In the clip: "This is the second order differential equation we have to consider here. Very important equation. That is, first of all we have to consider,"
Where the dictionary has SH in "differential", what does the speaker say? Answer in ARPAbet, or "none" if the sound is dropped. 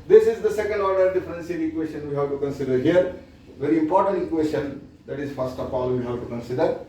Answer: S